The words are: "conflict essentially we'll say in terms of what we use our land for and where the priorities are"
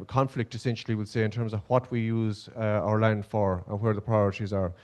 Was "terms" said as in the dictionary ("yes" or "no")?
yes